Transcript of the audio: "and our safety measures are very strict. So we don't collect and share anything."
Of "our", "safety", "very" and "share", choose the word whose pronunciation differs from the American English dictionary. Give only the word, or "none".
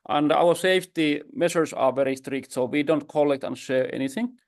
none